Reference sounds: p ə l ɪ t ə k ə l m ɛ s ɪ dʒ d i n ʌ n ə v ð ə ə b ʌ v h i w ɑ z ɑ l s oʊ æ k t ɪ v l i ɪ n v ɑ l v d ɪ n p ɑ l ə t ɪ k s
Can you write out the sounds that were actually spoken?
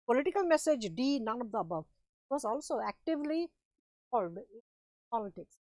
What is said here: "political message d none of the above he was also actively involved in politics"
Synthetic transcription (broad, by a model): p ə l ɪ t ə k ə l m ɛ s ɪ dʒ d i n ʌ n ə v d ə ə b ʌ v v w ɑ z ɑ l s oʊ æ k t ɪ v l i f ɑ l d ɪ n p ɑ l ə t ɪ k s